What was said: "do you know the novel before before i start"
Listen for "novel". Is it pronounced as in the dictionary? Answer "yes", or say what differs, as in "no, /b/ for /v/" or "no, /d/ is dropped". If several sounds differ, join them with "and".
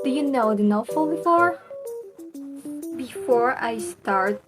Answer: no, /f/ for /v/